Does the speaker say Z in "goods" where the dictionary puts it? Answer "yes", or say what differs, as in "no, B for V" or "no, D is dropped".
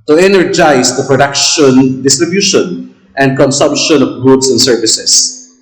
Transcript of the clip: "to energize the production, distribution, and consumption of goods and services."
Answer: no, S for Z